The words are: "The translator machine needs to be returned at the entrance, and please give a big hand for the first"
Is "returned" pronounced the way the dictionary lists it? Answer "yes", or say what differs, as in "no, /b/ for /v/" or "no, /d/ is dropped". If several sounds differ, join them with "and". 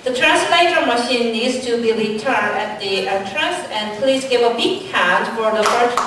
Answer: no, /d/ is dropped